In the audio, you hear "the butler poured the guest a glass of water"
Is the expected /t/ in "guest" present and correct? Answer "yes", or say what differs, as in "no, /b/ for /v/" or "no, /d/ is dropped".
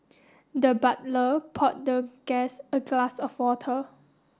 no, /t/ is dropped